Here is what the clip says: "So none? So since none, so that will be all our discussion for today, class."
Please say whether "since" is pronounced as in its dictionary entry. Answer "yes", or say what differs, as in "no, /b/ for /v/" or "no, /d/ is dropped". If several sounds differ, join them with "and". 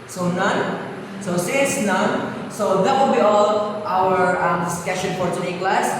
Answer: no, /n/ is dropped